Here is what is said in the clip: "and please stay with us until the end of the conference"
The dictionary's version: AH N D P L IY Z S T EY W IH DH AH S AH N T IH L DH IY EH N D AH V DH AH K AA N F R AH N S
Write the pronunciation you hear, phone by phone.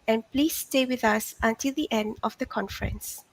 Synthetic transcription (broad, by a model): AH N P L IY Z S T EY W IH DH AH S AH N T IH L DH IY EH N D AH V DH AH K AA N F R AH N S